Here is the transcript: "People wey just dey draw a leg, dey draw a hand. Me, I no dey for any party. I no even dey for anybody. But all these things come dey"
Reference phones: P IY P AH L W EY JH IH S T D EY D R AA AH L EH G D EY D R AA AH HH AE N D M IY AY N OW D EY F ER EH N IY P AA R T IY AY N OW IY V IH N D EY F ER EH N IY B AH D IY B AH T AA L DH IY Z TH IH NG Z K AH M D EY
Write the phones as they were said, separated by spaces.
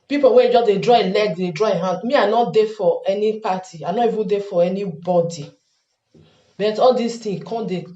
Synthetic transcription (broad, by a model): P IY P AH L W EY JH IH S D EY D R AA AH L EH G D EY D R AA AH HH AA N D M IY AY N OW D EY F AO EH N IY P AA T IY AY N OW IY V IH N D EY F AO EH N IY B AH D IY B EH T AA L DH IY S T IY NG K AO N D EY